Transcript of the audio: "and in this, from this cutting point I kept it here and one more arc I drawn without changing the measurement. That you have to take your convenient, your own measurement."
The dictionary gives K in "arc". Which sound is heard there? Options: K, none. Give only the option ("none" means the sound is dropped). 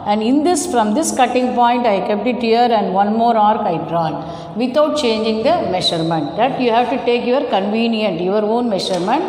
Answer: K